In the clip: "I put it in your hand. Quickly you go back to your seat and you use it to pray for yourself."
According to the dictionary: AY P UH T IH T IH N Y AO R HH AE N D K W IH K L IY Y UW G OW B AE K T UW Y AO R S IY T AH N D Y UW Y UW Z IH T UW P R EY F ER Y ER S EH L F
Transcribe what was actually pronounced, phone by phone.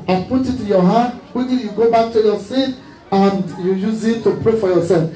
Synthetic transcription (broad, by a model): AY P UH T IH T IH Y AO HH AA D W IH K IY Y UW G OW B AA K T UW Y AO S IY T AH N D Y UW Y UW Z IH T UW P R EY F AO Y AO S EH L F